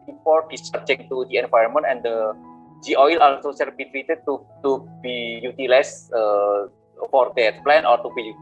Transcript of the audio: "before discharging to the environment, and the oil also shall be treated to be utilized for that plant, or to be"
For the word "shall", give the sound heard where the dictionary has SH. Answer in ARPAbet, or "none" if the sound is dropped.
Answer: S